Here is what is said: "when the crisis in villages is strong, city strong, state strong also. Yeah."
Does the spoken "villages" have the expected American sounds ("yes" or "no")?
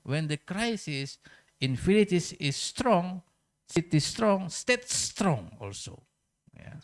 no